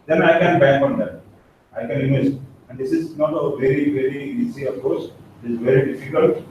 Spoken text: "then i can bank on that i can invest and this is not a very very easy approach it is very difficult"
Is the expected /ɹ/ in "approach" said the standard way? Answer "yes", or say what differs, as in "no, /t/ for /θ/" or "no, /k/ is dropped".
no, /ɹ/ is dropped